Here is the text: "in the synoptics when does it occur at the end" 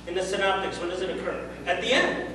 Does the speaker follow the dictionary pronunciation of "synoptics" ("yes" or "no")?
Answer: yes